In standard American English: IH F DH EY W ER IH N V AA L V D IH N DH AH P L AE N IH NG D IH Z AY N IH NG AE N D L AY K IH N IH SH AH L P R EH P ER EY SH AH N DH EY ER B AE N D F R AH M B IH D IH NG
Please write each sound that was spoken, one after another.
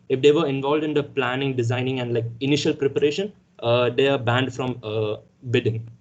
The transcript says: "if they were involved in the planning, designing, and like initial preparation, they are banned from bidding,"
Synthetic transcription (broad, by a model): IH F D EY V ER IH N V AA L V D IH N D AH P L AE N IH NG D IH Z AY N IH NG AE N D L AY K IH N IH SH AH L P R EH P ER EY SH AH N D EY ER B AE N D F R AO M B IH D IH NG